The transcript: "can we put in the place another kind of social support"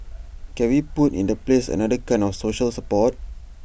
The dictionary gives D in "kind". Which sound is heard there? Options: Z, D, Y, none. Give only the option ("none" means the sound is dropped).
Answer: none